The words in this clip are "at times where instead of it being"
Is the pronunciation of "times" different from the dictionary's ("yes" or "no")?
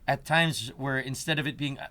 no